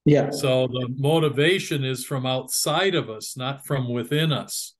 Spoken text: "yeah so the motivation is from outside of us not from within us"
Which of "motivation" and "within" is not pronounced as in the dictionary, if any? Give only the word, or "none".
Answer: none